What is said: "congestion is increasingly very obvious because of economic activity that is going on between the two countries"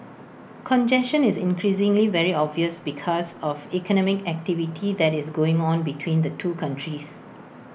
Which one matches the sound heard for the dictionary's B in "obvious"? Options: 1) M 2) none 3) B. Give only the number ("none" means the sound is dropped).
3